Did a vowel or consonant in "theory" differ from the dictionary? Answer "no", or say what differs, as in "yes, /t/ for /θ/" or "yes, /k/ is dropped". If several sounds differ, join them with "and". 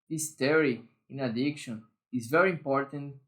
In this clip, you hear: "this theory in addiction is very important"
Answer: yes, /t/ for /θ/